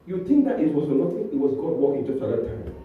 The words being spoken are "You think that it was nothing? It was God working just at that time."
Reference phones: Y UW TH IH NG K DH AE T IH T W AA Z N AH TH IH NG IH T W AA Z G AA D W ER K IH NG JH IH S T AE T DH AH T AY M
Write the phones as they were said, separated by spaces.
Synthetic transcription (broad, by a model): Y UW T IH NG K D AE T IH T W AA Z N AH T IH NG IH T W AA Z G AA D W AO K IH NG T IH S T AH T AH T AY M